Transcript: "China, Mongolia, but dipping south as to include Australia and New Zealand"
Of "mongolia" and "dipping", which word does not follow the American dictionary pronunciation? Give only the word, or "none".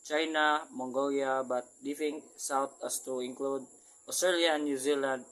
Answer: dipping